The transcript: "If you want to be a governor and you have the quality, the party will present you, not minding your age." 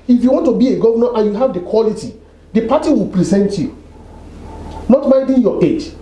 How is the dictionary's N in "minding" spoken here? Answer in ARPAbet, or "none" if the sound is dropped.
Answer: none